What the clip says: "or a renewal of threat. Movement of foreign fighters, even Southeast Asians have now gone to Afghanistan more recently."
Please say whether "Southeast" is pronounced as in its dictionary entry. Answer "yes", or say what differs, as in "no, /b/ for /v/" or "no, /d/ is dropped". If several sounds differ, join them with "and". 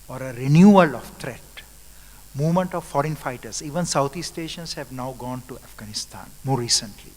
no, /t/ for /θ/